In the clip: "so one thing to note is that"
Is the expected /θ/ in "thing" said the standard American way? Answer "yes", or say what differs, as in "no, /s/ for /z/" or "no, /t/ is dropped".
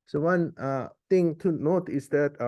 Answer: no, /t/ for /θ/